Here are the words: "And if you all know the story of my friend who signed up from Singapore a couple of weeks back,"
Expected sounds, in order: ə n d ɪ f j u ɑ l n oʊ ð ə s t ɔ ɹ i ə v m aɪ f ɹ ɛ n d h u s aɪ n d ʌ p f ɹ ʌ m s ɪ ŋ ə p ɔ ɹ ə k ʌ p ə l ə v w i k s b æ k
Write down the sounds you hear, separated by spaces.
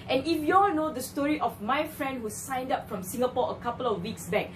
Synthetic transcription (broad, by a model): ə n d ɪ f j u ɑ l n oʊ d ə s t ɔ ɹ i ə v m aɪ f ɹ ɛ n d h u s aɪ n d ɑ p f ɹ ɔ m s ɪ ŋ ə p ɔ ə k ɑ p ə l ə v w i k s b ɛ k